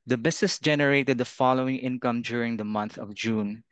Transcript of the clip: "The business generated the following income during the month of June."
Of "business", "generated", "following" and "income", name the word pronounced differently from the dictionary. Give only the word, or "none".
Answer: business